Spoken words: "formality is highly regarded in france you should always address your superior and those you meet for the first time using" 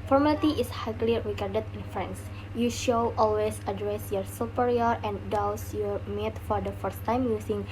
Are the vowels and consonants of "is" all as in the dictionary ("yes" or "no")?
no